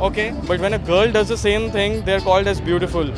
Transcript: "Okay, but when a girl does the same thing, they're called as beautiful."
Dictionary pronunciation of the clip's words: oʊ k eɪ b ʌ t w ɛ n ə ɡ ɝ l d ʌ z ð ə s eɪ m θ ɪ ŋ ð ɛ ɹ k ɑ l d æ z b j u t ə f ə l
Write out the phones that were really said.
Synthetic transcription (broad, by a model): oʊ k eɪ b ʌ t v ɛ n ə ɡ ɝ l d ʌ z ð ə s eɪ m t ɪ ŋ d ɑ ɹ k ɑ l d æ z b j u t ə f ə l